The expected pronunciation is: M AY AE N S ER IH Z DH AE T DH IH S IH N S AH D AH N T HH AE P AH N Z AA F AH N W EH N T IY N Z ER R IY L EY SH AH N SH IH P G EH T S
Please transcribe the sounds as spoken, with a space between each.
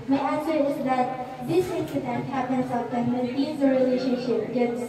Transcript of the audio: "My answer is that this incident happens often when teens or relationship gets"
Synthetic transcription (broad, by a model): M AY AE N S ER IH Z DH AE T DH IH S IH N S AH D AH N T HH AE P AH N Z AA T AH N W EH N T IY Z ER R IY L EY SH AH N SH IH P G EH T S